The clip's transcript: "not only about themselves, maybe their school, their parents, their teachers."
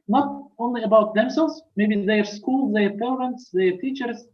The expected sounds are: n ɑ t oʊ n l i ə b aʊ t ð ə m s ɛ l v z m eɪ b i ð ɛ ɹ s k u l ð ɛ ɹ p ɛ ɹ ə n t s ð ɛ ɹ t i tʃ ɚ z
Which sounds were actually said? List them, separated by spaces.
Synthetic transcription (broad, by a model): n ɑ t oʊ n l i ə b aʊ t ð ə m s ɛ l z m eɪ b i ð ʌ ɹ s k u l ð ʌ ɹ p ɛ ɹ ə n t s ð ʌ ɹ t i tʃ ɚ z